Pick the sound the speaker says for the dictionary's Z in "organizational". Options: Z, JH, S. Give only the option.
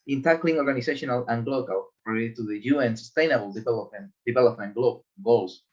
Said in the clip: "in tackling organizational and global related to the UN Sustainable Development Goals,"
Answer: S